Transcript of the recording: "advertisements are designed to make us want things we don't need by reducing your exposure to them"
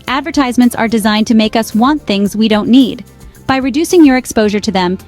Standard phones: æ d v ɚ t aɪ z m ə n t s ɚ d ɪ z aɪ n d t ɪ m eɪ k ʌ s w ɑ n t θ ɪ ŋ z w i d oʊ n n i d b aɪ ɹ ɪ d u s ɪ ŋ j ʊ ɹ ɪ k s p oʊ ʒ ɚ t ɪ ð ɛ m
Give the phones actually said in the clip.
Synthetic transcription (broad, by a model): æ d v ɚ t aɪ z m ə n t s ɚ d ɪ z aɪ n t ɪ m eɪ k ʌ s w ɑ n θ ɪ ŋ z w i d oʊ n n i d b aɪ ɹ ɪ d u s ɪ ŋ j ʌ ɹ ɪ k s p oʊ ʒ ɚ t ɪ ð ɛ m